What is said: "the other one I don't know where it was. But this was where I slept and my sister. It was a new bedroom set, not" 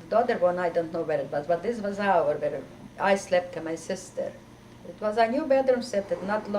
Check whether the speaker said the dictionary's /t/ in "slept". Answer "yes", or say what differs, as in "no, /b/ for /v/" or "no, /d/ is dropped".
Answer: yes